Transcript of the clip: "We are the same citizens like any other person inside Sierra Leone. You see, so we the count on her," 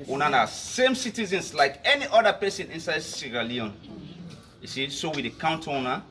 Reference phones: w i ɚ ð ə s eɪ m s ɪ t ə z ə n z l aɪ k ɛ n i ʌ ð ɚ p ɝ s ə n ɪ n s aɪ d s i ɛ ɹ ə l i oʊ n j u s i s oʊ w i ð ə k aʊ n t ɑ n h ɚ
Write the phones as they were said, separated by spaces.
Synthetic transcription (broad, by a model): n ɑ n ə s eɪ m s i t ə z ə n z l aɪ k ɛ n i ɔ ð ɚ p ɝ s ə n ɪ n s aɪ d s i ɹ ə l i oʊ n j u s i s oʊ w i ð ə k aʊ n t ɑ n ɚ